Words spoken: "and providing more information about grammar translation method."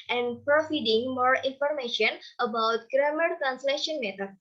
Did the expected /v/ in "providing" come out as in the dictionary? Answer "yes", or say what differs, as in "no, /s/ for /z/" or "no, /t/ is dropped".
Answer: no, /f/ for /v/